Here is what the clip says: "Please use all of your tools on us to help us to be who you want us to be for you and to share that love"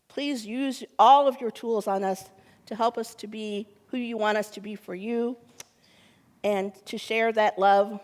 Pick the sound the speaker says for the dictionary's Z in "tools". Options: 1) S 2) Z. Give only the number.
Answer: 2